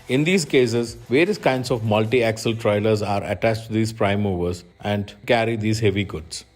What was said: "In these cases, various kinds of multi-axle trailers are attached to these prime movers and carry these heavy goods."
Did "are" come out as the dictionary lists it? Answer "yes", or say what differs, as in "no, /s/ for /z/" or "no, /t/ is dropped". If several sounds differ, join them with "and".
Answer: yes